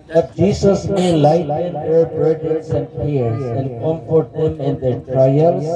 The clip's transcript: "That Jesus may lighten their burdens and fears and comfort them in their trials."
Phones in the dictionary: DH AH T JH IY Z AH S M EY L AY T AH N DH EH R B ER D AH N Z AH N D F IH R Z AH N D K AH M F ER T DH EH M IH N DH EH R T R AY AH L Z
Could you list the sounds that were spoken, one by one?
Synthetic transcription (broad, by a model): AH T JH IY S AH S M EY L AY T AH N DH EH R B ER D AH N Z AH N D P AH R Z AH N D K AH M F ER T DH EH M IH N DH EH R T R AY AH L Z